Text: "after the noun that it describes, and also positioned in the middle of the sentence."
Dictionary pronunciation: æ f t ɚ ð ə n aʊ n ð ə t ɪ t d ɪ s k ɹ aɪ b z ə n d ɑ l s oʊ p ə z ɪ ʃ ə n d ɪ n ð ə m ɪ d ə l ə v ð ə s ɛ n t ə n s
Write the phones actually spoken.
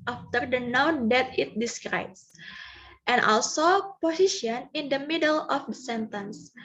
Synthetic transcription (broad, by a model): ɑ f t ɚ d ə n aʊ n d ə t ɪ t d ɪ s k ɹ aɪ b s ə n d ɑ l s oʊ p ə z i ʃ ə n ɪ n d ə m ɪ d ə l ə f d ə s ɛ n t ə n s